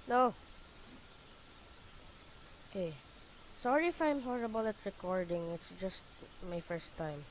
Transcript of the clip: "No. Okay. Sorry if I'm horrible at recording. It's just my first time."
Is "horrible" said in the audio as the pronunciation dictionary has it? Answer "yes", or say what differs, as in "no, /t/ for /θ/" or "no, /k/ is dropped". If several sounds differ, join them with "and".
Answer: yes